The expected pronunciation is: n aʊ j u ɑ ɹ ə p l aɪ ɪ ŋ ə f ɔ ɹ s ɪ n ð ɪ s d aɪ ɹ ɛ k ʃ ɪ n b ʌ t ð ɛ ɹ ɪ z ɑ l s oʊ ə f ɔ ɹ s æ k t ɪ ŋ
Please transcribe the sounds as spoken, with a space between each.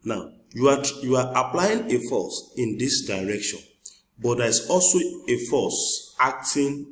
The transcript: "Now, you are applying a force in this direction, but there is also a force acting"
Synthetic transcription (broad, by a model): n aʊ j u ɑ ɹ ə p l aɪ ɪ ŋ ə f ɔ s ɪ n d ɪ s d aɪ ɹ ɛ k ʃ ɪ n b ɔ t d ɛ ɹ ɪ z ɑ l s oʊ ə f ɔ s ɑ k t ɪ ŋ